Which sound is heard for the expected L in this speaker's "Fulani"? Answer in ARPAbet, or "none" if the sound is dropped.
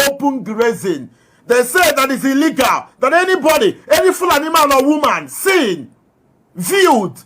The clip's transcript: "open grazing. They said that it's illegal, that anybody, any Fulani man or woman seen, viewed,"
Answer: L